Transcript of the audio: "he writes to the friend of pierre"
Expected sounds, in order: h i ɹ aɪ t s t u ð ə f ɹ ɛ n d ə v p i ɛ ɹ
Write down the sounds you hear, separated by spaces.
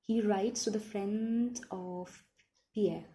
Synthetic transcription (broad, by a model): h i ɹ aɪ t s t u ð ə f ɹ ɛ n d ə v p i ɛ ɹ